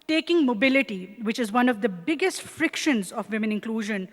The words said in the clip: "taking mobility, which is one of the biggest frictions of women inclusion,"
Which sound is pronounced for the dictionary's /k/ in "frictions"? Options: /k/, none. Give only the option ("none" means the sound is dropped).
/k/